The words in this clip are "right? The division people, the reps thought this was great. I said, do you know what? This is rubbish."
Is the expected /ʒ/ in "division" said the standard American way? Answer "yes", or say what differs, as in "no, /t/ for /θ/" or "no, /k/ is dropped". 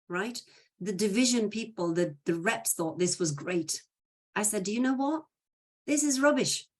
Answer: yes